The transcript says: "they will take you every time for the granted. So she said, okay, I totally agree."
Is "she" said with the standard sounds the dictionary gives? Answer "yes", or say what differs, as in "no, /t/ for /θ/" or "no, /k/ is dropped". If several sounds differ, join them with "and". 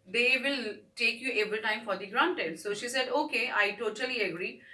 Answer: yes